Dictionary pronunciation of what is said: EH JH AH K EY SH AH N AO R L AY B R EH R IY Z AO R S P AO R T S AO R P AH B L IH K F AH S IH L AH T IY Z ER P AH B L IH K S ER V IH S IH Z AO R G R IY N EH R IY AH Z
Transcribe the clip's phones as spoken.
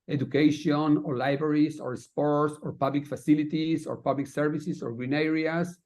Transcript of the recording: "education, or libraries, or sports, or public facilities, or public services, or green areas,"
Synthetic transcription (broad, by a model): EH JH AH K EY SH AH N AO R L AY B R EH R IY S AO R S P AO R T S AO R P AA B L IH K F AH S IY L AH T IY S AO P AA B L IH K S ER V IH S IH S AO R G R IY N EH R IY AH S